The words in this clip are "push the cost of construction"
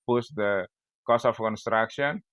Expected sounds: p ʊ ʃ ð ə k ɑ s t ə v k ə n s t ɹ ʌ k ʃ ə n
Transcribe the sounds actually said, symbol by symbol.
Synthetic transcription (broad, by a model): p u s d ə k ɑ s ə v k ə n s t ɹ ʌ k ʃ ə n